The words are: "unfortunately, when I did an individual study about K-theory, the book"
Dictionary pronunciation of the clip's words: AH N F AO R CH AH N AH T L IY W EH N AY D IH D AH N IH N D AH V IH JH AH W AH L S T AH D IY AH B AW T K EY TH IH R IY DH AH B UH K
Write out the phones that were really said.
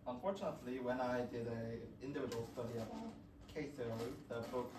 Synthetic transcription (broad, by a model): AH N F AO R CH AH N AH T L IY W EH N AY D IH D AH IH N D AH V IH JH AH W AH L S T AH D IY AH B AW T K EY S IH L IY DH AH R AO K